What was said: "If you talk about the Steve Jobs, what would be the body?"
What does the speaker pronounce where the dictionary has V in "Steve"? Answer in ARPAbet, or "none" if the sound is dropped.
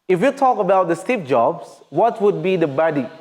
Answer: P